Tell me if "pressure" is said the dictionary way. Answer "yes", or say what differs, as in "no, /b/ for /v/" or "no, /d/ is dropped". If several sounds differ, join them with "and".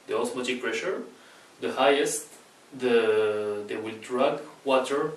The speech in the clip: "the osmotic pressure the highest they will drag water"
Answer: yes